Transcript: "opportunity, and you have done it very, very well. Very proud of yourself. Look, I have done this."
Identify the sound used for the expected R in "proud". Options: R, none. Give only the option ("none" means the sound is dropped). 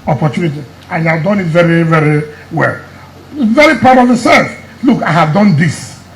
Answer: none